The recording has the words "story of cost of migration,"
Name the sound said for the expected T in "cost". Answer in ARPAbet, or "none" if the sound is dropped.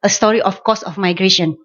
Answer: none